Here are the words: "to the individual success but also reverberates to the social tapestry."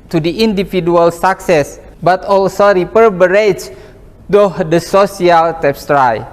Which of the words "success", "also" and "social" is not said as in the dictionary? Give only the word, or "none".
social